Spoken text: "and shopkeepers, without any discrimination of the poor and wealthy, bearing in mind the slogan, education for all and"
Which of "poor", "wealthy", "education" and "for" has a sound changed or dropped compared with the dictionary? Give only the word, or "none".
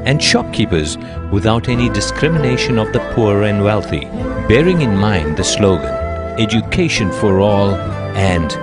none